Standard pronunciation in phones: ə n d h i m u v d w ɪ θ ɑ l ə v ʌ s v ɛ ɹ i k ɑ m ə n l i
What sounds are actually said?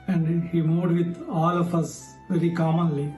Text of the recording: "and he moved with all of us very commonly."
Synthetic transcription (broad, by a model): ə n d h i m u d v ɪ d ɑ l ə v ʌ s v ɛ ɹ i k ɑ m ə n l i